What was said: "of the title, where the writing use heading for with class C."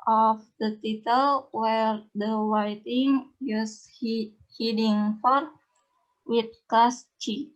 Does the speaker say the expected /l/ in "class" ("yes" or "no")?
no